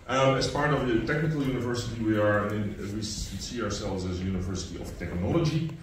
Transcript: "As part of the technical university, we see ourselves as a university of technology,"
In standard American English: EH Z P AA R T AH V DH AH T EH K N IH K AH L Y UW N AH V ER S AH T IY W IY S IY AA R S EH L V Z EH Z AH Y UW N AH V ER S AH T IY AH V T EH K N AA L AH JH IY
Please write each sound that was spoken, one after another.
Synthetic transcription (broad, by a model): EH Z P AA R T AH V DH AH T EH K N IH K AH L Y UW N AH V ER S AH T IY W IY S IY AA R S EH L V Z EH Z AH Y UW N AH V ER S AH T IY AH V T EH K N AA L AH JH IY